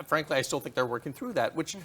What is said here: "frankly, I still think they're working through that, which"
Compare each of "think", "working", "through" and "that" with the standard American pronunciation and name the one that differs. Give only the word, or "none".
none